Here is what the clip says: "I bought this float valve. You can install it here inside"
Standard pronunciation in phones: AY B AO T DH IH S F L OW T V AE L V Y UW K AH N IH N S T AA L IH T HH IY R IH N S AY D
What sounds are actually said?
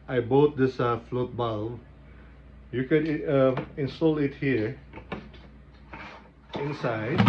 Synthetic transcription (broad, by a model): AY B AO T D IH S F L OW T B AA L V Y UW K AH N IH N S T AA L IH T HH IY R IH N S AY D